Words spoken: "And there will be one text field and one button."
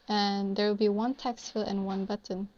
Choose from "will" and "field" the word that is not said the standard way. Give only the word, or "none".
field